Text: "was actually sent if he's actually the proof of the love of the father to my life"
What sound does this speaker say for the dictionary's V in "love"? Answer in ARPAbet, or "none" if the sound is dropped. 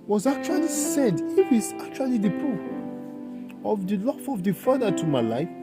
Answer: F